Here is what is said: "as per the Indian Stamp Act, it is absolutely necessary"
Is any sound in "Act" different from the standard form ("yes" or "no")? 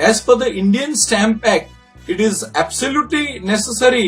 yes